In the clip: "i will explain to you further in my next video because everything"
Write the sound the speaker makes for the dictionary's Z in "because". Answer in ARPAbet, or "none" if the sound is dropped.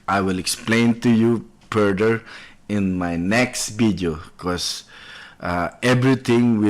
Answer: none